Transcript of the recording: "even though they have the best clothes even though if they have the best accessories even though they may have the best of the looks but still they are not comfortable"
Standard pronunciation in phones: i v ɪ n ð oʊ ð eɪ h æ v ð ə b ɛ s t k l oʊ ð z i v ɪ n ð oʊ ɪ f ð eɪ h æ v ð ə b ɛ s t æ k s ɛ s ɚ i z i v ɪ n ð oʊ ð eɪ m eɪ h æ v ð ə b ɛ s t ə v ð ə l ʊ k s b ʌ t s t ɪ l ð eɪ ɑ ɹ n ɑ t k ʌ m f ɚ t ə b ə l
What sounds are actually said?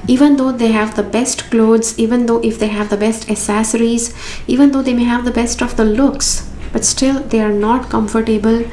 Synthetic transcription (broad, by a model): i v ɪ n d oʊ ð eɪ h æ v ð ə b ɛ s t k l oʊ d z i v ɪ n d oʊ ɪ f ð eɪ h æ v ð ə b ɛ s t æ s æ s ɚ i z i v ɪ n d oʊ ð eɪ m eɪ h æ v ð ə b ɛ s t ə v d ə l ʊ k s b ʌ t s t ɪ l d eɪ ɑ ɹ n ɑ t k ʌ m f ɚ t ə b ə l